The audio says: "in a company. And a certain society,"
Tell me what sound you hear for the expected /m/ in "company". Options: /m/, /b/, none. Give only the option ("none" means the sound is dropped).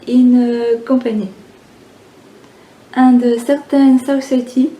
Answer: none